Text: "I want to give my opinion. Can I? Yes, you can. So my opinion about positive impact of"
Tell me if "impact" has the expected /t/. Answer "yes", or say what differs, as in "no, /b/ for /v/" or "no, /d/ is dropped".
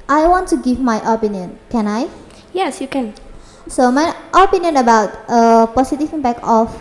no, /t/ is dropped